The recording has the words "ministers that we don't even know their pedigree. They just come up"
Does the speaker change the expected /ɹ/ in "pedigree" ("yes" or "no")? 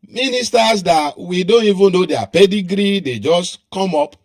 no